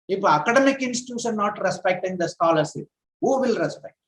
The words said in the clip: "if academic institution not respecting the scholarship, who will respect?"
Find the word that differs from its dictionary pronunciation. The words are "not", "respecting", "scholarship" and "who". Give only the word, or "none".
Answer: scholarship